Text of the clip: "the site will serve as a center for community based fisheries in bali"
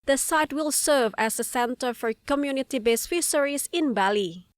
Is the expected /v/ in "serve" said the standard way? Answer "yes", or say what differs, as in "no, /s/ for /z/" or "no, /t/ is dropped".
yes